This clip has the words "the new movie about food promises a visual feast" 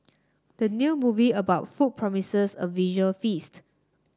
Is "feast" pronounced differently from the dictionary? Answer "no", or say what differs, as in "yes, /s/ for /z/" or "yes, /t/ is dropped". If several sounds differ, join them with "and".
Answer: no